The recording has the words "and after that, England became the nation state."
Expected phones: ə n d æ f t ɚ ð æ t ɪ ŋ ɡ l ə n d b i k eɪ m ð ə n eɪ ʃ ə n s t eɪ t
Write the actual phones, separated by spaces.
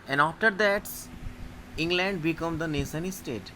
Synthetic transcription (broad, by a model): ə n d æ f t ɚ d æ t ɪ ŋ ɡ l ə n d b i k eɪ m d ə n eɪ s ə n s t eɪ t